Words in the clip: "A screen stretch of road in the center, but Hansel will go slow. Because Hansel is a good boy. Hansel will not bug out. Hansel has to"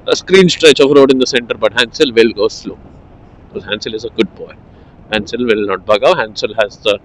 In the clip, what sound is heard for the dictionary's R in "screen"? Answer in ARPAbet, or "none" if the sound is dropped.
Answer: R